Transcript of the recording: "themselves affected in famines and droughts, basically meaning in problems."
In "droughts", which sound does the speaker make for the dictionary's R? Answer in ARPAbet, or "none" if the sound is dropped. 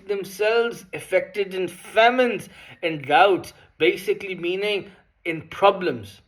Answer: none